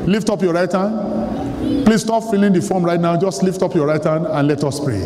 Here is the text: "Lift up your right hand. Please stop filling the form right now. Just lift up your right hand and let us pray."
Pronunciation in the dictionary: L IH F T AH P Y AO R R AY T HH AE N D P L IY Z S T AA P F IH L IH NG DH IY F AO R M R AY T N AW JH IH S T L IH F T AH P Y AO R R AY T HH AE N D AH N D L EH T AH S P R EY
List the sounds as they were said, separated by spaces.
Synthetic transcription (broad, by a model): L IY F T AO P Y AO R R AY T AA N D P L IY S T AA P F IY L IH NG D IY F AO M R AY T N AW JH IH S T L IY F T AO P Y AO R R AY T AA N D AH N L EH T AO S P R EY